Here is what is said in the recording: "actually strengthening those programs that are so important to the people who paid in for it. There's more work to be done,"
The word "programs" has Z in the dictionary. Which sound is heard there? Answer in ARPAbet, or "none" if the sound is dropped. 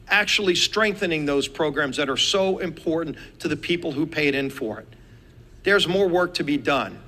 Z